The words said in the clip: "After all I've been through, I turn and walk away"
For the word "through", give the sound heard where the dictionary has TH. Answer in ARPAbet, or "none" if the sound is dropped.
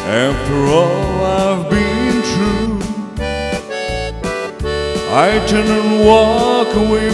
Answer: T